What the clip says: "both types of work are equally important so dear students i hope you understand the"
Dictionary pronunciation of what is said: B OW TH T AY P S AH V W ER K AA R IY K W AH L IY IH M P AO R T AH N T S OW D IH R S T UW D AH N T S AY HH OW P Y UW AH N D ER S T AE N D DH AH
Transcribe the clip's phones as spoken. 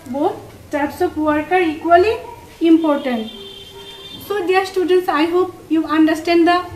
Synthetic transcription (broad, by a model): B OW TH T AY P S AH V W ER K AA R IY K W AH L IY IH M P AO R T AH N T S OW D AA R S T UW D AH N T S AY HH OW P Y UW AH N D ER S T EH N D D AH